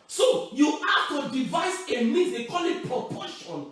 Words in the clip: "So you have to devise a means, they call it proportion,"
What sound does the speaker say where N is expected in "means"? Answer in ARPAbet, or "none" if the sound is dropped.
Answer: none